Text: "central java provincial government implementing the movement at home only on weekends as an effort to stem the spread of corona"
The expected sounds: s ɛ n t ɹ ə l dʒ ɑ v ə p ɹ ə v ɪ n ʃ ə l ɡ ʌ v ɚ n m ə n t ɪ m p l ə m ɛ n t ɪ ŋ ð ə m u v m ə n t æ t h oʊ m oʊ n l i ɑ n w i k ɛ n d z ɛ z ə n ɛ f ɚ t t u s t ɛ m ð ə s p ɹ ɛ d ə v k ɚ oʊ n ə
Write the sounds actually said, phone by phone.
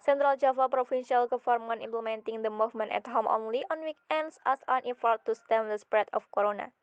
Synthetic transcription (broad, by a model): s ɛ n t ɹ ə l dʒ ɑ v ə p ɹ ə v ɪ n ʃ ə l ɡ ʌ f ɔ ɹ m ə n ɪ m p l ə m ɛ n t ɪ ŋ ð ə m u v m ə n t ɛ t h oʊ m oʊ n l i ɑ n w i k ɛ n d s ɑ s ə n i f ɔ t t u s t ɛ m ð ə s p ɹ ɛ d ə f k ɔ oʊ n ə